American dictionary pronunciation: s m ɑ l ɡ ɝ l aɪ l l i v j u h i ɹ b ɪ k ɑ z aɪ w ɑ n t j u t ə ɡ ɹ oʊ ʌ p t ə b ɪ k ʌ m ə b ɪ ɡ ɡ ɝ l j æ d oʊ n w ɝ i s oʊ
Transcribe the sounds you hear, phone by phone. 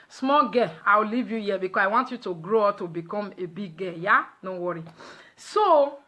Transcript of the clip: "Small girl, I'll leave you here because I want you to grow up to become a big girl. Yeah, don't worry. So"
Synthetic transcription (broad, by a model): s m ɑ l ɡ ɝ aɪ w l i v j u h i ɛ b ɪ k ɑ s aɪ w ɑ n t j u t ə ɡ ɹ oʊ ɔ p t ə b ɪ k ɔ m ə b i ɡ ɡ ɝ j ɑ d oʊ w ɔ i s oʊ